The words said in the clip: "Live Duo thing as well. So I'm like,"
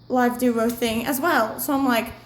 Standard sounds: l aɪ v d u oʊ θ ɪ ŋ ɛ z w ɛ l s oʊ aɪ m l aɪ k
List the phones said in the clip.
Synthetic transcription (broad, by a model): l aɪ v d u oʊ θ ɪ ŋ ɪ z w ɛ l s oʊ aɪ m l aɪ k